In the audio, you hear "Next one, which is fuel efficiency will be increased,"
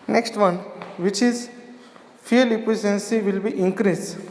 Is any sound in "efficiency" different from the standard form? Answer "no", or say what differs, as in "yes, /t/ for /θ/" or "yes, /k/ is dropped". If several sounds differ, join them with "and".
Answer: yes, /p/ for /f/ and /s/ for /ʃ/